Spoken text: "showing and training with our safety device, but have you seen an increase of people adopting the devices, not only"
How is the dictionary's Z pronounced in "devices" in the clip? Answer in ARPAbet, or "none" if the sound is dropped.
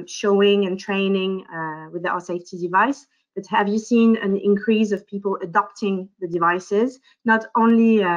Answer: Z